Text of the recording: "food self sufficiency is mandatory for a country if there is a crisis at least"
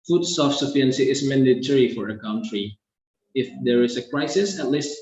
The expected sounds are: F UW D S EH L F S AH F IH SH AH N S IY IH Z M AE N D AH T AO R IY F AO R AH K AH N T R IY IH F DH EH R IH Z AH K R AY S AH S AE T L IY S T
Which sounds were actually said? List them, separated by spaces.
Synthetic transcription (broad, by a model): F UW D S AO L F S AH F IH AH N S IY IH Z M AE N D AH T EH R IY F AO R AH K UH N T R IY IH F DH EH R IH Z AH K R AY S AH S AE T L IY S T